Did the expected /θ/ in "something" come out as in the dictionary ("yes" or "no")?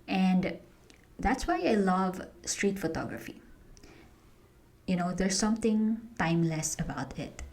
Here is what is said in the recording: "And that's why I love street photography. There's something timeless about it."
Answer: no